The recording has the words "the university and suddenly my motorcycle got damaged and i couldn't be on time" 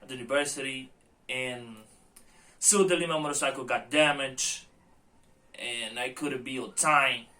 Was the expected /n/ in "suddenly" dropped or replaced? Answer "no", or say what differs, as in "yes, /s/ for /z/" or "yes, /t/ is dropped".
yes, /n/ is dropped